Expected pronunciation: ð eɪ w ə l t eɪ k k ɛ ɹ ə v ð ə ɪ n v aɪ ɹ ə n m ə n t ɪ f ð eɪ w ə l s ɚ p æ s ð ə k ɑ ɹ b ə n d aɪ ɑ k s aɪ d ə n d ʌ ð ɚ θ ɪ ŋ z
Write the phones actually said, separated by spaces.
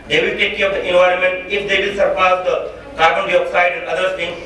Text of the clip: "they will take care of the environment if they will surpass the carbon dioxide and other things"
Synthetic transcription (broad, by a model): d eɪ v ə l t eɪ k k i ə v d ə ɪ n v aɪ ɹ ə n m ə n t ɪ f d eɪ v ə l s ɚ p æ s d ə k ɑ ɹ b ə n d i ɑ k s aɪ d ə n d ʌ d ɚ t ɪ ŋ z